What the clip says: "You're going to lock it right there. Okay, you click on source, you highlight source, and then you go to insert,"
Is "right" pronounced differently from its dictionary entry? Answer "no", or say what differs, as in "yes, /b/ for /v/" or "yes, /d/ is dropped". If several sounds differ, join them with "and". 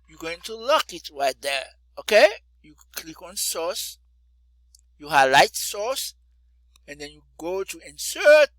no